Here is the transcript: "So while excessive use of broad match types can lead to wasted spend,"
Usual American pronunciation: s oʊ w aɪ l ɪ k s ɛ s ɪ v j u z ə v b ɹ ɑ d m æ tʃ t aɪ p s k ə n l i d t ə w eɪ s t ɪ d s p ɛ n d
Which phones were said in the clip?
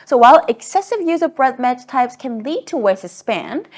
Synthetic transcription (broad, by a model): s oʊ w aɪ l ɪ k s ɛ s ɪ v j u z ə v b ɹ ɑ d m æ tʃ t aɪ p s k ə n l i d t ə w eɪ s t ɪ s p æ n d